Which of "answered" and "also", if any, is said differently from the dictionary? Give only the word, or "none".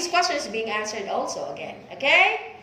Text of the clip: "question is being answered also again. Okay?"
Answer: none